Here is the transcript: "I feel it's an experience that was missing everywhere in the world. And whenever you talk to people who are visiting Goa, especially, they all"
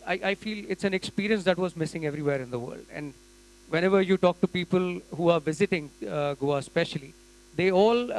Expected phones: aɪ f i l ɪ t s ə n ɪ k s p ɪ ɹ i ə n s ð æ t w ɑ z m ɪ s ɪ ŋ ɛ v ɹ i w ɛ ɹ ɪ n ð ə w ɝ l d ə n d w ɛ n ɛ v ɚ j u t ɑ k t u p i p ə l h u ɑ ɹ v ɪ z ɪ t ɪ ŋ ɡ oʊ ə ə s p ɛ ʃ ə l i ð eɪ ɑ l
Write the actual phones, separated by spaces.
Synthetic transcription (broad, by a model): aɪ f i l ɪ t s ə n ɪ k s p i ɹ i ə n s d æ t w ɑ z m ɪ s ɪ ŋ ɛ v ɹ i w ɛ ɹ ɪ n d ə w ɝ l d ə n d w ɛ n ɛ v ɚ j u t ɑ k t u p i p ə l h u ɑ ɹ v ɪ z ɪ t ɪ ŋ ɡ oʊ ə s p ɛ ʃ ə l i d eɪ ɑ l